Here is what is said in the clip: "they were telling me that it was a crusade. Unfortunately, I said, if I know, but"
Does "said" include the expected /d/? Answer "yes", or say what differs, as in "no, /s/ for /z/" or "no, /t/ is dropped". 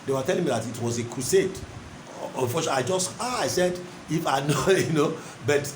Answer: yes